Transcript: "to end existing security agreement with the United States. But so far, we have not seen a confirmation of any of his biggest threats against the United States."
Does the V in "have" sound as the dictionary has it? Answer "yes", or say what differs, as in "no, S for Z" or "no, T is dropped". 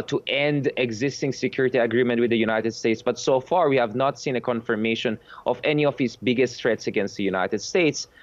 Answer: yes